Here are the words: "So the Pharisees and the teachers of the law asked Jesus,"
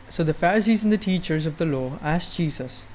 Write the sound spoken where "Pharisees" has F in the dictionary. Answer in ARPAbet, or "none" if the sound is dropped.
F